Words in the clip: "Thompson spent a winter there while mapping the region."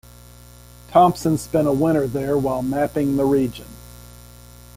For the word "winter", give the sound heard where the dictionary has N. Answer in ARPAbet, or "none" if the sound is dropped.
none